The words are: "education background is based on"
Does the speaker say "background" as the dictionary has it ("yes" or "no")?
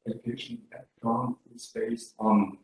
no